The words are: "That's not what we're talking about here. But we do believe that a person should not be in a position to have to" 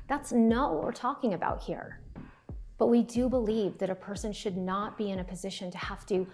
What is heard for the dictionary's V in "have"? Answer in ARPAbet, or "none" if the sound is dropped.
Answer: F